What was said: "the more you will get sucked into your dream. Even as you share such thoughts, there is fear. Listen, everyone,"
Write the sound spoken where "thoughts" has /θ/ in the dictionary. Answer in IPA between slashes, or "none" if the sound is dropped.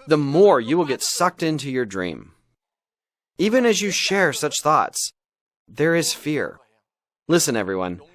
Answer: /θ/